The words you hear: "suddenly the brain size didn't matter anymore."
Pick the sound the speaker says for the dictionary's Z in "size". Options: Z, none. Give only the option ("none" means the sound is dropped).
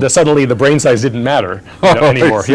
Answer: Z